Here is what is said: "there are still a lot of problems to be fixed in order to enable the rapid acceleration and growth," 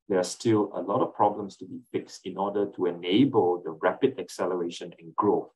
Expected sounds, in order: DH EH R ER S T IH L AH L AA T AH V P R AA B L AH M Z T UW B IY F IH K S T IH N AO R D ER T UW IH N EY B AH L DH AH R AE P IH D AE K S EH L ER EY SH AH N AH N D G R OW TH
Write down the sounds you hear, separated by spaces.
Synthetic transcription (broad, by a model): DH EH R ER S T IH L AH L AA T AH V P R AA B L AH M S T UW B IY F IH K S T IH N AO D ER T UW IH N EY B AH L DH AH R AE P IH D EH K S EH L ER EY SH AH N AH N G R OW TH